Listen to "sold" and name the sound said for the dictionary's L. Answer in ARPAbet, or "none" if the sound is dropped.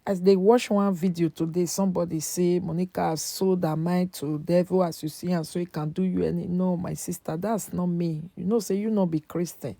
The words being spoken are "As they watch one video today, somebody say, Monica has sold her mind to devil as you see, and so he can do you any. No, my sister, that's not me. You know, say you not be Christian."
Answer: none